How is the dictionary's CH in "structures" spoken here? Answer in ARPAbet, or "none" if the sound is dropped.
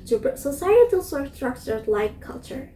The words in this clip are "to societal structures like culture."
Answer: S